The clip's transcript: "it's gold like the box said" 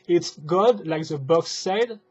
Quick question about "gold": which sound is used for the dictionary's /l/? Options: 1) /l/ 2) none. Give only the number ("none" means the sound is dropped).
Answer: 2